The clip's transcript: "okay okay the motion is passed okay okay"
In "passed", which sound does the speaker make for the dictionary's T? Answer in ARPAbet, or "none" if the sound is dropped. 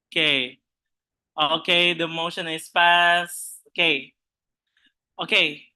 none